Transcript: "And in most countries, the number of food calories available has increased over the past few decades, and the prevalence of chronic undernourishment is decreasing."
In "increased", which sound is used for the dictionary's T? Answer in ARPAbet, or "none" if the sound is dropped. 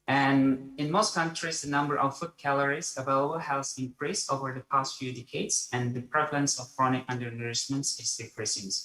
none